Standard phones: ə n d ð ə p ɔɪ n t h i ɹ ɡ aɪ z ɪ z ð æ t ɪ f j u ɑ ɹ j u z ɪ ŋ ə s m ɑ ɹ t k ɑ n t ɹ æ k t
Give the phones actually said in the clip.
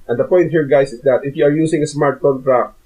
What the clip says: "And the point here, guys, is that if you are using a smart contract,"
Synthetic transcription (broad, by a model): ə n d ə p ɔɪ n t h i ɹ ɡ aɪ s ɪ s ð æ t ɪ f j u ɑ ɹ j u s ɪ ŋ ə s m ɑ ɹ t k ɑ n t ɹ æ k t